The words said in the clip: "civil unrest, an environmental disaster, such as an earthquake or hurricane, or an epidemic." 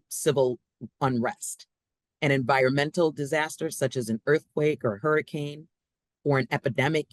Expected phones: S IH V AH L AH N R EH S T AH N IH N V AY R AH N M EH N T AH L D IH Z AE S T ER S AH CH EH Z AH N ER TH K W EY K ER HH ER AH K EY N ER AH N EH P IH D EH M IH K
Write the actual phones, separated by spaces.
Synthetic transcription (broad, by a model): S IH V L AH N R EH S T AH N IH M V AY R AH N M EH N T L D IH Z AE S T ER S AH CH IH Z AH N ER TH K W EY K ER HH ER AH K EY N ER AH N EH P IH D EH M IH K